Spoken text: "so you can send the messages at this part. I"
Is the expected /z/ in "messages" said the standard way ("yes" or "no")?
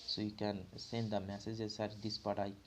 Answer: no